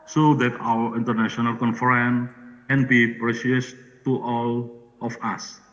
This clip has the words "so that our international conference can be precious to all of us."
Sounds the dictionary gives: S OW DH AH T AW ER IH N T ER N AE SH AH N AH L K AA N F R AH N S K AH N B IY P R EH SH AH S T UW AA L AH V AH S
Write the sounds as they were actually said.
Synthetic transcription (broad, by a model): S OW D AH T AW ER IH N T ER N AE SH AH N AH L K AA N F R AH N K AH N B IY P R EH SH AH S T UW AA L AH F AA S